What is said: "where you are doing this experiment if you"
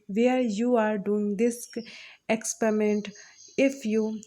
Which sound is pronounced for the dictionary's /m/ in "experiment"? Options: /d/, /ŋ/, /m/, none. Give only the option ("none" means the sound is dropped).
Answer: /m/